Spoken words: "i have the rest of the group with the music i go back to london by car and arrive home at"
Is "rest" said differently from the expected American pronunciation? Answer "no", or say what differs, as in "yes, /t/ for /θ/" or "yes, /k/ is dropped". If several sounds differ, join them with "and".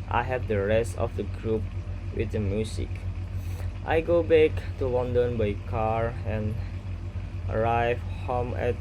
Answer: no